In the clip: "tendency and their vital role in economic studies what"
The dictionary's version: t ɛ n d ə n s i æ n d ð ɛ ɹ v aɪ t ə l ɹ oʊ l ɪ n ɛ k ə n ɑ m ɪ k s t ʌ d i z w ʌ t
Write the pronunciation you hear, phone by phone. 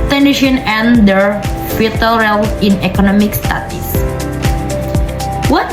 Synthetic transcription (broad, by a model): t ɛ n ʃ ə n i n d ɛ ɹ f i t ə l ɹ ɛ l ɪ n ɛ k ə n ɑ m ɪ k s t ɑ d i s w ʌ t